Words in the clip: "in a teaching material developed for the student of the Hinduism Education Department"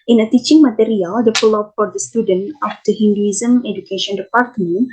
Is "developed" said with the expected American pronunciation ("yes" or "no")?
no